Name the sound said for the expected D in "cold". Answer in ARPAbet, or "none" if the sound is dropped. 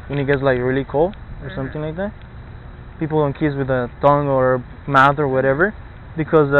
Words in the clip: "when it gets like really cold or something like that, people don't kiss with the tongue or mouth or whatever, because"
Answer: none